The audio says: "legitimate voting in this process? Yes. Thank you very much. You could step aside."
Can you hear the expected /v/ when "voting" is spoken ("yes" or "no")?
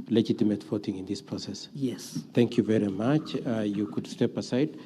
no